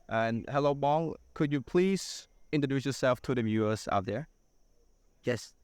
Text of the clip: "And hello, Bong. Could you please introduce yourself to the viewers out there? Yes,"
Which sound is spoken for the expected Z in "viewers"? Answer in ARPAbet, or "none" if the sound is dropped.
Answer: S